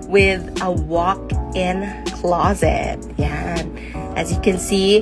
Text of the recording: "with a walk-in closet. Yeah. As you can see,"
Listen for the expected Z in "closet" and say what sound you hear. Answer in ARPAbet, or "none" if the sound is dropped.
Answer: Z